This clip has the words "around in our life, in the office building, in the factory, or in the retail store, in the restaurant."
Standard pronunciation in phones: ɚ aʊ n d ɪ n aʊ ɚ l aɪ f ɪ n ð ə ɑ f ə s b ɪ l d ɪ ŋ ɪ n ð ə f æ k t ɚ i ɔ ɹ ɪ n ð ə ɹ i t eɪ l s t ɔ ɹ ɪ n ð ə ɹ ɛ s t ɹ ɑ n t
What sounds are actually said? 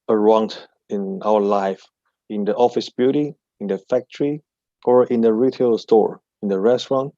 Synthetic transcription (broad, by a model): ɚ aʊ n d ɪ n aʊ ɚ l aɪ f ɪ n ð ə ɑ f ə s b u d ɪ ɪ n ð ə f æ k t ɚ i ɔ ɹ ɪ n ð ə ɹ i t eɪ l s t ɔ ɹ ɪ n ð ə ɹ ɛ s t ɹ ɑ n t